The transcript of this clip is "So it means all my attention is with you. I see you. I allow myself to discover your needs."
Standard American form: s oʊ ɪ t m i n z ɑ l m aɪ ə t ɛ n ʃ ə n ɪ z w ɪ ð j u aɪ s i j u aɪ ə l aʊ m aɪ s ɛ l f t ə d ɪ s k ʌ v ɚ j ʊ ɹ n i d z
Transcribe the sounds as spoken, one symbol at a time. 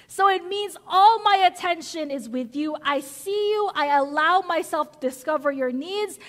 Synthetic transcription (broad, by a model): s oʊ ɪ t m i n z ɑ l m aɪ ə t ɛ n ʃ ə n ɪ z w ɪ ð j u aɪ s i j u aɪ ə l aʊ m aɪ s ɛ l f t ə d ɪ s k ʌ v ɚ j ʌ ɹ n i d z